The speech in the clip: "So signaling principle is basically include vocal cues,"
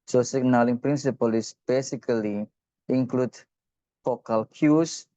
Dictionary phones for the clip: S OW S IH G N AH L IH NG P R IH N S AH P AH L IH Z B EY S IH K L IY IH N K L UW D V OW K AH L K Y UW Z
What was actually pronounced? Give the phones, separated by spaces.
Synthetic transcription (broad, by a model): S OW S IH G N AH L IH NG P R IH N S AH P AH L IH S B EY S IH K L IY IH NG K L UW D F OW K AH L K Y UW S